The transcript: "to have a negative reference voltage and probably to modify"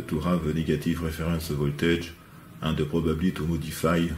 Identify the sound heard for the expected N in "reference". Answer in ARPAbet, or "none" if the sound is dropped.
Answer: none